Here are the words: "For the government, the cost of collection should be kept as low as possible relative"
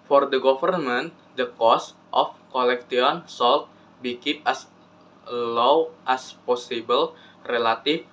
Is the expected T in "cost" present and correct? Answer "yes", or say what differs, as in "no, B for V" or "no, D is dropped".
yes